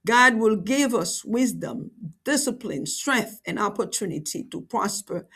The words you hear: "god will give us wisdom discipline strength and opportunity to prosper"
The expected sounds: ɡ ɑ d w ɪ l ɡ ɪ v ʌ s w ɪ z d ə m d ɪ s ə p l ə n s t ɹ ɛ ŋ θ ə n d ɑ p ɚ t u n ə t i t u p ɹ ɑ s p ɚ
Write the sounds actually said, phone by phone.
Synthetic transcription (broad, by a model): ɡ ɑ d w ɪ l ɡ ɪ v ʌ s w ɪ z d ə m d ɪ s ə p l ə n s t ɹ ɛ ŋ θ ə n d ɑ p ɚ t u n ə t i t u p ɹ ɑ s p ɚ